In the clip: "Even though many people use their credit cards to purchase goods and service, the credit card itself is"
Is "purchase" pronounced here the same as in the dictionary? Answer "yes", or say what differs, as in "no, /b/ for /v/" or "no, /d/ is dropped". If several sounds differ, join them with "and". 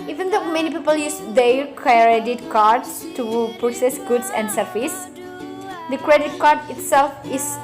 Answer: no, /s/ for /tʃ/